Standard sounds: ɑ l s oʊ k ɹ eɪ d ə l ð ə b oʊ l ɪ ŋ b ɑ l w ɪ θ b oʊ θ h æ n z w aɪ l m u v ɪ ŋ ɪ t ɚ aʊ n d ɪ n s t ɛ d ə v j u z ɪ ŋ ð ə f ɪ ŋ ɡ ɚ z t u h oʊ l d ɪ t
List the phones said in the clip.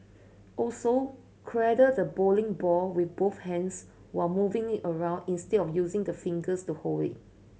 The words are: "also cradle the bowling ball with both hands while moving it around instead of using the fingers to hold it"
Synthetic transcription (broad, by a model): ɑ l s oʊ k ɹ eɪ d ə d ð ə b oʊ l ɪ ŋ b ɑ w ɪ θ b oʊ θ h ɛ n s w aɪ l m u v ɪ ŋ ɪ t ɚ aʊ n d ɪ n s t ɛ d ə f j u z ɪ ŋ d ə f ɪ ŋ ɡ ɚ s t u h oʊ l ɪ t